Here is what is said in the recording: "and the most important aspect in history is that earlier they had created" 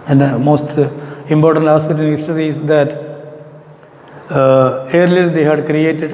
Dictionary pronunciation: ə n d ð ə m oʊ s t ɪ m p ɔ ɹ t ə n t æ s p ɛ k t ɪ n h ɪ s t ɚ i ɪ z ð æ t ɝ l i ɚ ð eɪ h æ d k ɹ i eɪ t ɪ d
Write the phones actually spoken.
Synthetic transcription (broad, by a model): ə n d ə m oʊ s t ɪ m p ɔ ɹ t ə n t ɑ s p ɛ t ɪ n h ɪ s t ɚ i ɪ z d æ t ɝ l i ɚ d eɪ h æ d k ɹ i eɪ t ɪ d